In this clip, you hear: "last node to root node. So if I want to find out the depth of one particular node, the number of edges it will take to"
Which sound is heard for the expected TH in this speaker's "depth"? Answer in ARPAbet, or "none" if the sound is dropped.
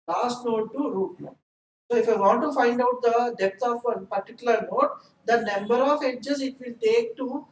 T